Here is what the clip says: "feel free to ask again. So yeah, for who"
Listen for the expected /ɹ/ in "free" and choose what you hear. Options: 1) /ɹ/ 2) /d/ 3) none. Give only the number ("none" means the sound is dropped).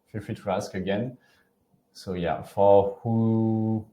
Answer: 3